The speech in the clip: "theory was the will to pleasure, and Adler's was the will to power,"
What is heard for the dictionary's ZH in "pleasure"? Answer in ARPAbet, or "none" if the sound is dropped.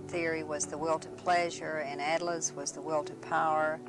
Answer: ZH